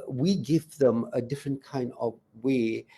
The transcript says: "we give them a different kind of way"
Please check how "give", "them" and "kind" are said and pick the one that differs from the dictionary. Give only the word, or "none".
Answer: none